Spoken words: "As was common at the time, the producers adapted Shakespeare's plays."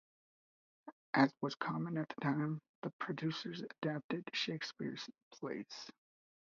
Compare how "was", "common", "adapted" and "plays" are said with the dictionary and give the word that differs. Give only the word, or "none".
plays